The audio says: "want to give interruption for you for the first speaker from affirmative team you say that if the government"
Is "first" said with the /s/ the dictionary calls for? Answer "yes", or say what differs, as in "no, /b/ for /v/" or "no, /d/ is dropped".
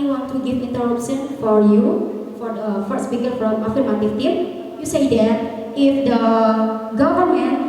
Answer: no, /s/ is dropped